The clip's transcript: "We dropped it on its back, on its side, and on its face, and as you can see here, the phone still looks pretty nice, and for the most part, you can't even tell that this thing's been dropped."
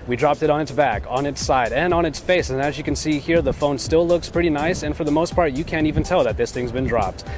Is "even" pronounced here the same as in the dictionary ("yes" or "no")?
yes